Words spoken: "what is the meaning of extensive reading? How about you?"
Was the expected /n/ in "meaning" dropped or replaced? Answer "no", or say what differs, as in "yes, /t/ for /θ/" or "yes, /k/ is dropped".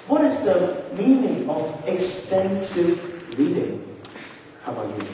no